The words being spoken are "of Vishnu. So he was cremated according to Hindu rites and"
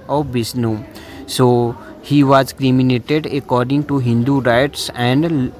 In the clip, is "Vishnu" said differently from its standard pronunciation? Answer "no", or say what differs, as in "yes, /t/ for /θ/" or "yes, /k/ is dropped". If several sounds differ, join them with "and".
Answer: yes, /s/ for /ʃ/